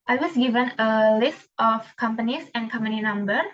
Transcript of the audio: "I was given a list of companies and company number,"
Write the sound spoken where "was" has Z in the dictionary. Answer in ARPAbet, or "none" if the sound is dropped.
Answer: S